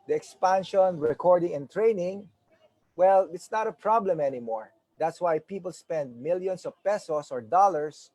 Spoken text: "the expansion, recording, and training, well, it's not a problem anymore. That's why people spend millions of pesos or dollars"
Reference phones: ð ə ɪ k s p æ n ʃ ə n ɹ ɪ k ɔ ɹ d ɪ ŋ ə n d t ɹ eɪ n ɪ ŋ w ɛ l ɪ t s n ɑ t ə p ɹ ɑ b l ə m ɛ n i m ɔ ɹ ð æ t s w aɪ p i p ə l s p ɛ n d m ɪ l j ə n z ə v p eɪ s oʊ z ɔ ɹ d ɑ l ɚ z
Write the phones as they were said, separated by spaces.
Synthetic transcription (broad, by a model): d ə ɪ k s p æ n ʃ ə n ɹ ɪ k ɔ ɹ d ɪ ŋ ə n t ɹ eɪ n ɪ ŋ w ɛ l ɪ t s n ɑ t ə p ɹ ɑ b l ə m ɛ n i m ɔ ɹ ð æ t s w aɪ p i p ə l s p ɛ n d m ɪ l j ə n s ə v p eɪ s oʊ s ɔ ɹ d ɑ l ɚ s